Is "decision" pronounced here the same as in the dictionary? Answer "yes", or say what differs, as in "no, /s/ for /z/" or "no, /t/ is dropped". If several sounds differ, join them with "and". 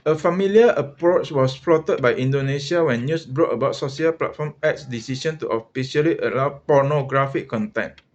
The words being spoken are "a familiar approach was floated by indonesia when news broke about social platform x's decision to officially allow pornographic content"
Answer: no, /ʃ/ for /ʒ/